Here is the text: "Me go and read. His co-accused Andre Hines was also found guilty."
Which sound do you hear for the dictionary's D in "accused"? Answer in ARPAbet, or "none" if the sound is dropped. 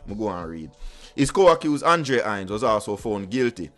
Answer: none